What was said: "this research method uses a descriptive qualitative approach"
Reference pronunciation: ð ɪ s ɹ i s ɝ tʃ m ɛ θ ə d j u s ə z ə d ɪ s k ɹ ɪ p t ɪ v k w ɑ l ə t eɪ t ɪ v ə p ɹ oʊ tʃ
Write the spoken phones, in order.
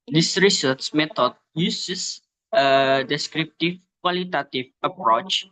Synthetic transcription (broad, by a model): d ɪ s ɹ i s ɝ s m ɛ t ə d j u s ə s ə d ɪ s k ɹ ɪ p t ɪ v k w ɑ l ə t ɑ t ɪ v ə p ɹ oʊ tʃ